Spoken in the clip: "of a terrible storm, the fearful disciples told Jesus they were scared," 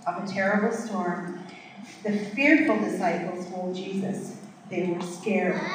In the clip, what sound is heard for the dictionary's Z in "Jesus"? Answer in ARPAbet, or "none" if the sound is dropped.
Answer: Z